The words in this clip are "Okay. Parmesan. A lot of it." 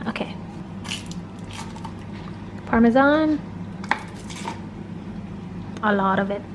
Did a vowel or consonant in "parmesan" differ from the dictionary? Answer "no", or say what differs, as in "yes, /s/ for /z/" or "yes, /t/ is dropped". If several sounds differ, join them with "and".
no